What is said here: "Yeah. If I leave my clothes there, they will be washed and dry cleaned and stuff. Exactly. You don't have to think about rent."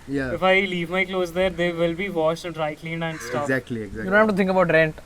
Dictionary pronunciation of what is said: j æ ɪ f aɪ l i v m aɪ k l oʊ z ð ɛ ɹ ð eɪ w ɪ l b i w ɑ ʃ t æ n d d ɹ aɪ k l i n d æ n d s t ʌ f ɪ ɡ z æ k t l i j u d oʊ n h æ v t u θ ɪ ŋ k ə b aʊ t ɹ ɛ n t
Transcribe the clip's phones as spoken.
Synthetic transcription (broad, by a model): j ɪ f aɪ l i v m aɪ k l oʊ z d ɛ ɹ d eɪ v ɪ l b i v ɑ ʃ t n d d ɹ aɪ k l i n d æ n d s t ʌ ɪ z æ k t l i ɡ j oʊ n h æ f t u t ɪ ŋ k ə b aʊ t ɹ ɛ n t